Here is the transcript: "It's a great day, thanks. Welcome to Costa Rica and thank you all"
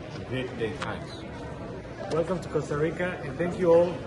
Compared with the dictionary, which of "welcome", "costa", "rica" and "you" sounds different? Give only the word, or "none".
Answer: none